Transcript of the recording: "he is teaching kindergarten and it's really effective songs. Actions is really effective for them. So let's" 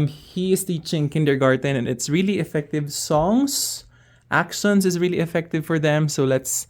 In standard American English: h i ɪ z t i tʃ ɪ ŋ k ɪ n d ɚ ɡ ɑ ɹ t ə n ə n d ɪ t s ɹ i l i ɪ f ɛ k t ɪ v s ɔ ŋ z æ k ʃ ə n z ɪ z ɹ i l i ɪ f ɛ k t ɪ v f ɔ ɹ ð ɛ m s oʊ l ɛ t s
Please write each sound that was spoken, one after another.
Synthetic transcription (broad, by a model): h i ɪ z t i tʃ ɪ ŋ k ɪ n d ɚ ɡ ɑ ɹ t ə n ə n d ɪ t s ɹ i l i ɪ f ɛ k t ɪ v s ɔ ŋ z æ k ʃ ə n s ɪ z ɹ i l i ɪ f ɛ k t ɪ v f ɔ ɹ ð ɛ m s oʊ l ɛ t s